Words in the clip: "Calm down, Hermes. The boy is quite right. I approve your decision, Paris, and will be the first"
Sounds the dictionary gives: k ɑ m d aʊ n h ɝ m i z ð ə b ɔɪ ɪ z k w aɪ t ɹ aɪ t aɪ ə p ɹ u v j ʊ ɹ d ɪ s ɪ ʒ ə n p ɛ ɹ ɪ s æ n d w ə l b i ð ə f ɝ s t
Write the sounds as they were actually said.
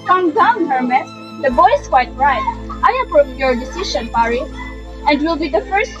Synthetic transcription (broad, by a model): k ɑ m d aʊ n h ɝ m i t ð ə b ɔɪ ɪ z k w aɪ t ɹ aɪ t aɪ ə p ɹ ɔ p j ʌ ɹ d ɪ s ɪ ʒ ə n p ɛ ɹ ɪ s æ n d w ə l b i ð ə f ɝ s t